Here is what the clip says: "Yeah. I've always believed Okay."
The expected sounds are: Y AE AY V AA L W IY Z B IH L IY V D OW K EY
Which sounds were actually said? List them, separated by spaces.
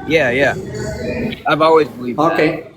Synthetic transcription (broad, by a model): Y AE AY V AA L W IY Z B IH L IY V OW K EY